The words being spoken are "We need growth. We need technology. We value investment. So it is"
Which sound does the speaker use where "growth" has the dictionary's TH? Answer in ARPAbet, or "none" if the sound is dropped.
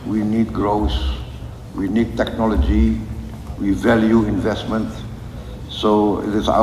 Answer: S